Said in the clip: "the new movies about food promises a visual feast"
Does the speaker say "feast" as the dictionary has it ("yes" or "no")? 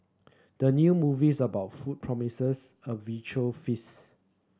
no